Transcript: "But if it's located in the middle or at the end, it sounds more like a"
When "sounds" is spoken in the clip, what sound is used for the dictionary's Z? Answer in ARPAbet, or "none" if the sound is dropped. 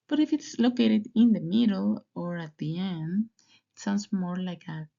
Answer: S